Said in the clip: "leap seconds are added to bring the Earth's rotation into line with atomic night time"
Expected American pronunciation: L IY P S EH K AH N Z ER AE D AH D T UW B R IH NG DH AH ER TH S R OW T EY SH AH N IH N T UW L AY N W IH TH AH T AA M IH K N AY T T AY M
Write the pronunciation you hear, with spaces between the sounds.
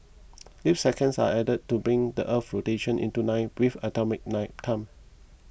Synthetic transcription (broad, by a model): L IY F S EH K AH N S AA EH D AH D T UW B R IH NG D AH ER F R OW T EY SH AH N IH N T UW N AY W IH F AH T AA M IH K N AY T T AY M